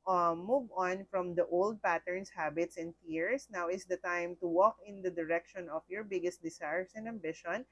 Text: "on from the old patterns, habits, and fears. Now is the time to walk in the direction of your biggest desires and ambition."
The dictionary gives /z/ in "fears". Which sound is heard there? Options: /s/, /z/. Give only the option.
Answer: /s/